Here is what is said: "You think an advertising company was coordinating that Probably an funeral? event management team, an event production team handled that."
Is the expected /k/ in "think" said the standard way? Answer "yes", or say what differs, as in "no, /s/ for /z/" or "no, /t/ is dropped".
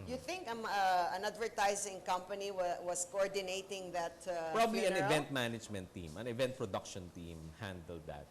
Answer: yes